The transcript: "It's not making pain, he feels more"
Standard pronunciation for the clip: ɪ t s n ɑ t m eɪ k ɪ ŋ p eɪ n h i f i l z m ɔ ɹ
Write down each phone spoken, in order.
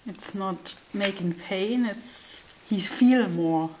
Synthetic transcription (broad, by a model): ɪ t s n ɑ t m eɪ k ɪ ŋ p eɪ n h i f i l m ɔ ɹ